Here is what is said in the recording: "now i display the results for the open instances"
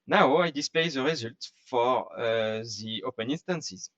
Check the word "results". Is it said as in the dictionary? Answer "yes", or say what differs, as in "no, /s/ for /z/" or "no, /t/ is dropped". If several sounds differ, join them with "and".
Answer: no, /s/ is dropped